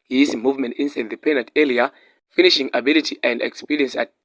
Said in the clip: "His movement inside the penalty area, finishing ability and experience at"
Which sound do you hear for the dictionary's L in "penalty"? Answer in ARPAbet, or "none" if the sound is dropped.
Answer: none